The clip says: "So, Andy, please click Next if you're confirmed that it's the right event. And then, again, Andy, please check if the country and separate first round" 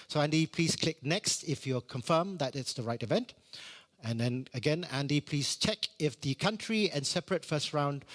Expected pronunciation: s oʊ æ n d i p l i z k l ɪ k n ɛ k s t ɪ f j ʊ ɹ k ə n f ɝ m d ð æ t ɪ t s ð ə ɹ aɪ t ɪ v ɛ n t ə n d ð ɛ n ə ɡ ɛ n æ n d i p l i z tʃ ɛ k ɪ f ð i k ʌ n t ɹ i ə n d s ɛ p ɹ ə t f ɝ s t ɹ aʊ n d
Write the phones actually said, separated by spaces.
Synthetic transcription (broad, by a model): s oʊ æ n d i p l i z k l ɪ k n ɛ k s t ɪ f j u k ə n f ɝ m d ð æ t ɪ t s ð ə ɹ aɪ t ɪ v ɛ n t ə n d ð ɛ n ə ɡ ɛ n æ n d i p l i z tʃ ɛ k ɪ f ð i k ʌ n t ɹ i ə n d s ɛ p ɹ ə t f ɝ s t ɹ aʊ n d